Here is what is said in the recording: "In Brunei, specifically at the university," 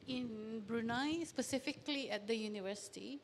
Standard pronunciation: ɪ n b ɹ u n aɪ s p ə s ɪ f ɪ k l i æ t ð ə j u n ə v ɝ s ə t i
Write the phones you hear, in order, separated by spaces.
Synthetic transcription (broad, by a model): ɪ n b ɹ u n aɪ s p ə s ɪ f ɪ k l i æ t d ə j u n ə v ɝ s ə t i